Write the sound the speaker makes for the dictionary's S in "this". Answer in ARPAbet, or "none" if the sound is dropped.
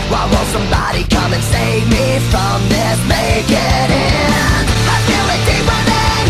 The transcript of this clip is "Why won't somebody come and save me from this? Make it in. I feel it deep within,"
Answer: none